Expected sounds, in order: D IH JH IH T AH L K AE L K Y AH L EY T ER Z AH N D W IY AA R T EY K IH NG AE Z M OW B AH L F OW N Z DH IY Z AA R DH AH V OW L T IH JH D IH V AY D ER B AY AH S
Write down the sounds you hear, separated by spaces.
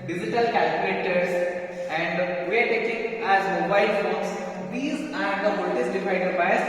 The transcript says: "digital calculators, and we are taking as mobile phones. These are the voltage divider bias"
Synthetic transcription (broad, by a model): D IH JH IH T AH L K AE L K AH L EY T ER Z AH N D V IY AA R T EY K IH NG AE Z M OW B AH L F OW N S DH IY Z AA R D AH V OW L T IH Z D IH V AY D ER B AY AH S